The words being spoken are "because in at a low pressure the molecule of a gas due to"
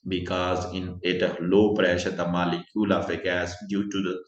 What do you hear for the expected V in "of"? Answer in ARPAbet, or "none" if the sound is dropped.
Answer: F